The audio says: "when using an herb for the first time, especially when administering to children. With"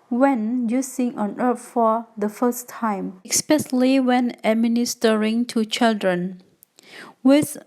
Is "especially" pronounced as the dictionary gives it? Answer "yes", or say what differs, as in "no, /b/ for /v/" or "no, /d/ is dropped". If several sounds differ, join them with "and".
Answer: no, /s/ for /ʃ/